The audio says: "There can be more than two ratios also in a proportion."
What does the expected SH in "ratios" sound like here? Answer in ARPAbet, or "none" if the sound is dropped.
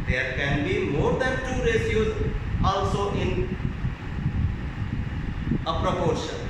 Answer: S